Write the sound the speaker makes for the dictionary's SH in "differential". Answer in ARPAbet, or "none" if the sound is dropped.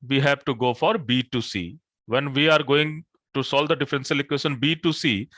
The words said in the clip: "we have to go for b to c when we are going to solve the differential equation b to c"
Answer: S